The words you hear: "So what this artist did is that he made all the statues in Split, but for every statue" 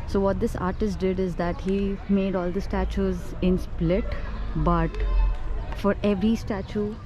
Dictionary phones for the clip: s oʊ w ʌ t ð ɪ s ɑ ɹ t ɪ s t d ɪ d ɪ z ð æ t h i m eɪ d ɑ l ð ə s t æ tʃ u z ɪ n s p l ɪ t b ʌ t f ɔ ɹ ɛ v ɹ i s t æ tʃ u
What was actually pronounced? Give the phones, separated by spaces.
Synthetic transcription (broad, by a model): s oʊ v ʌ t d ɪ s ɑ ɹ t ɪ s t d ɪ d ɪ z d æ t h i m eɪ d ɑ l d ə s t æ tʃ u z ɪ n s p l ɪ t b ʌ t f ɔ ɹ ɛ v ɹ i s t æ tʃ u